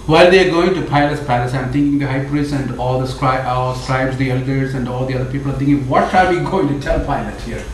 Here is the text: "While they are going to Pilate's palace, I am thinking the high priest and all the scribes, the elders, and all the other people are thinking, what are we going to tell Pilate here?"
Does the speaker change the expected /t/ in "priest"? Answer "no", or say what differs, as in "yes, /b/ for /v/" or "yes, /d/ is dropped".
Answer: yes, /t/ is dropped